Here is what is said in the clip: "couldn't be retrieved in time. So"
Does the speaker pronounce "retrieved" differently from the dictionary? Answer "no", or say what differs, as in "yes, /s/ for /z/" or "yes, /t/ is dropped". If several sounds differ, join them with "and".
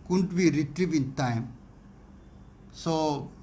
yes, /d/ is dropped